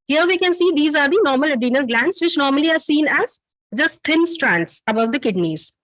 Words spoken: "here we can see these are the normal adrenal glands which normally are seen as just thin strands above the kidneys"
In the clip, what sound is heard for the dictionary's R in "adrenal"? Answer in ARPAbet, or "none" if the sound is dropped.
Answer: none